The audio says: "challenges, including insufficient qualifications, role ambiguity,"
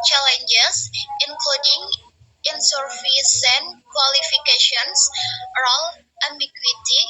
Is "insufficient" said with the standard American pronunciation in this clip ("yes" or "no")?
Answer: no